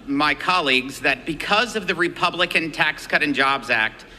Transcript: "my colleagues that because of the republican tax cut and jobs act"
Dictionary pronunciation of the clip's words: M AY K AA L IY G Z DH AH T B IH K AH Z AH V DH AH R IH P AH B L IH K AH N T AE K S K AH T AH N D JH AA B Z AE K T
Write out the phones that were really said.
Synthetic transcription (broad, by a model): M AY K AA L IY G Z DH AH T B IH K AH Z AH V DH AH R IH P AH B L IH K AH N T AE K S K AH T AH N JH AA B Z AE K T